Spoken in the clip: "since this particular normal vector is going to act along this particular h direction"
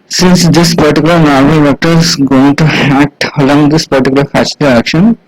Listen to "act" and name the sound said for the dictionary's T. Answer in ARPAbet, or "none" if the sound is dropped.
T